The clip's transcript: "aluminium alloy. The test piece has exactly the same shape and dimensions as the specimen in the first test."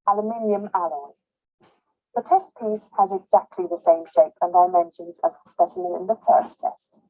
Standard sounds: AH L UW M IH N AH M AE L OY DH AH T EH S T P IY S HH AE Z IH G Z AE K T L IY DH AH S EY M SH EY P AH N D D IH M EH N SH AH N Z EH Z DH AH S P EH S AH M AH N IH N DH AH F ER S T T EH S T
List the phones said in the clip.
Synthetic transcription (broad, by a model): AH L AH M IH N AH M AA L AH DH AH T EH S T P IY S HH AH Z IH G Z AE K T L IY DH AH S EY M SH EY P AH N D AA IH M EH N SH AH N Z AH Z DH AH S P EH S AH M AH N IH N DH AH F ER S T T EH S T